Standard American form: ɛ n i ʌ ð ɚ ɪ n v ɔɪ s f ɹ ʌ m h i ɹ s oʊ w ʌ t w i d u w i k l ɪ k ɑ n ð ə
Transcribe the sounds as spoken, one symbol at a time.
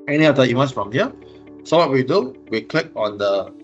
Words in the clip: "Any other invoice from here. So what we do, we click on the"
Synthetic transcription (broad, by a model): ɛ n i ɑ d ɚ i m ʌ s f ɹ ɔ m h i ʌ s oʊ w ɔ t w i d u w i k l ɪ k ɑ n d ə